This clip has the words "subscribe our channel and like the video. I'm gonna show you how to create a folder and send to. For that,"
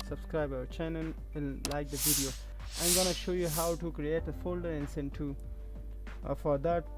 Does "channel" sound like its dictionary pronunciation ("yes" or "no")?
no